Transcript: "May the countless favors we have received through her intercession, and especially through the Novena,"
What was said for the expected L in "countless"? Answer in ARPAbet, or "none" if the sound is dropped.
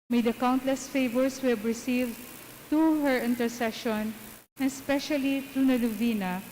L